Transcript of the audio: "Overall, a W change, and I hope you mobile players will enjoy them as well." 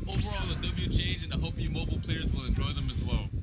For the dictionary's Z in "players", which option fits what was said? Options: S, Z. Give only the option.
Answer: Z